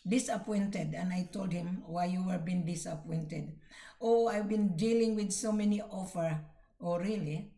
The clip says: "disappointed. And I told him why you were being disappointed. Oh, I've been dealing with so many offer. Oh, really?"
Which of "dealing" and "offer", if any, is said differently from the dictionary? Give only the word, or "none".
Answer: none